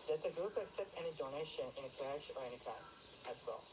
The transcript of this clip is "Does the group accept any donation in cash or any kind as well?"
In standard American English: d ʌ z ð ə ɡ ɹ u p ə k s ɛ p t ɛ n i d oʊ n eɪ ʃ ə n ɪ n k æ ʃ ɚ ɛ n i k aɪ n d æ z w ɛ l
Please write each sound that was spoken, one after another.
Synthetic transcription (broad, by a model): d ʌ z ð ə ɡ ɹ u p ə k s ɛ p t ɛ n i d oʊ n eɪ ʃ ə n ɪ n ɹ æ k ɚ ɛ n i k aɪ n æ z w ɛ l